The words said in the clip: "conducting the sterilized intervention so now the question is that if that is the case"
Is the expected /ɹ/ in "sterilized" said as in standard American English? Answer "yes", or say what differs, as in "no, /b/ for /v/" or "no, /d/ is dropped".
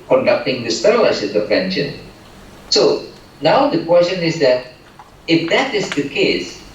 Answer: no, /l/ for /ɹ/